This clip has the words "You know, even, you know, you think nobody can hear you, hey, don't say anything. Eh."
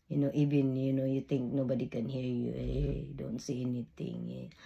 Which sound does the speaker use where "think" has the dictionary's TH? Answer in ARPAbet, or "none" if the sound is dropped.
T